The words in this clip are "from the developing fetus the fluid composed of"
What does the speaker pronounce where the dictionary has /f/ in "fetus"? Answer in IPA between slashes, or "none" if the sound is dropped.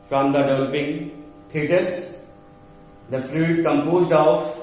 /p/